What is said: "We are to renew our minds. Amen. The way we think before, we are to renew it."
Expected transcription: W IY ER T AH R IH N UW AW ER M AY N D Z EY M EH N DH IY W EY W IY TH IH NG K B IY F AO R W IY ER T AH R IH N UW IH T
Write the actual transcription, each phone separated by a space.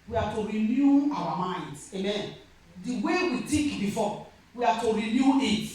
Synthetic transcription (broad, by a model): W IY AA T AH R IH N UW AW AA M AY N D EY M EH N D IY W EY W IY T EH K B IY F AO W IY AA T AH R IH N UW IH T